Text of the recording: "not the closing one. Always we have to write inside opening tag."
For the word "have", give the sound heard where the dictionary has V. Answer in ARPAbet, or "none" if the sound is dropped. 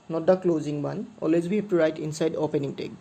P